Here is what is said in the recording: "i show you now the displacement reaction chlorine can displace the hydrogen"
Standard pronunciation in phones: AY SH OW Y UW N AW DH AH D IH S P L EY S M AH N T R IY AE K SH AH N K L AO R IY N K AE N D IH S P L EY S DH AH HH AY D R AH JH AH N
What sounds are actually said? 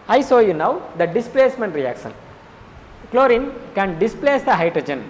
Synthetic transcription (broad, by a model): AY S OW Y UW N AW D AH D IH S P L EY S M AH N T R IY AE K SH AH N K L AO R IY N K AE N D IH S P L EY S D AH HH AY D R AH JH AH N